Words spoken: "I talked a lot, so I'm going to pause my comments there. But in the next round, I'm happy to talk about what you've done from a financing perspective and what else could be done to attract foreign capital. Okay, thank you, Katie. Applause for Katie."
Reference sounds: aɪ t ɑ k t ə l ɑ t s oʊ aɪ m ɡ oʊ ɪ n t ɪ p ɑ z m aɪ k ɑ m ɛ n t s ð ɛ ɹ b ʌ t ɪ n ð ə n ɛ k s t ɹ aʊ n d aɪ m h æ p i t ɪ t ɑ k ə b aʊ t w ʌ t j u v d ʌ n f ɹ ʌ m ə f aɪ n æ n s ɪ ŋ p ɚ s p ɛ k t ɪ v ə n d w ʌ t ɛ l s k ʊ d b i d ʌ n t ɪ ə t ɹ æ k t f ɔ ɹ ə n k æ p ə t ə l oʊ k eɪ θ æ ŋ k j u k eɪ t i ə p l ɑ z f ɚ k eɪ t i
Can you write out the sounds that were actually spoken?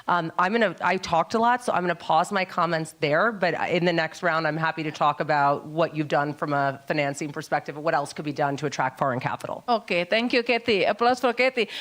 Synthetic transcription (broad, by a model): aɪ t ɑ k t ə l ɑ t s oʊ aɪ m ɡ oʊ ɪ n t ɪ p ɑ z m aɪ k ɑ m ɛ n t s ð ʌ ɹ b ʌ t ɪ n ð ə n ɛ k s t ɹ aʊ n d aɪ m h æ p i t ɪ t ɑ k ə b aʊ t w ʌ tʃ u v d ʌ n f ɹ ʌ m ə f aɪ n æ n s ɪ ŋ p ɚ s p ɛ k t ɪ v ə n w ʌ t ɛ l s k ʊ d b i d ʌ n t ɪ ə t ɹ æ k t f ɔ ɹ ə n k æ p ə t l oʊ k eɪ t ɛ ŋ k j u k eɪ t i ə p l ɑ s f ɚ k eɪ t i